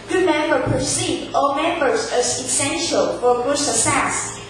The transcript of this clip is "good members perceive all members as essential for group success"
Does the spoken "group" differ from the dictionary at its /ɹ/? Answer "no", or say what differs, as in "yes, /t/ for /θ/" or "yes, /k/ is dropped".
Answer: yes, /ɹ/ is dropped